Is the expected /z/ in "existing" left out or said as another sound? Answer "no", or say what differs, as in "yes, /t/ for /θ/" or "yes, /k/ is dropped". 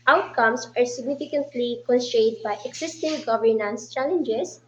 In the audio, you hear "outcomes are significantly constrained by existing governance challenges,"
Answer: yes, /s/ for /z/